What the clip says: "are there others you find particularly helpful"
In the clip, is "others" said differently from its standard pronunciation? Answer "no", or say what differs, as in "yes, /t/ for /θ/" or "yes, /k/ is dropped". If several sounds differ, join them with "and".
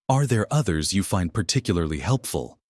no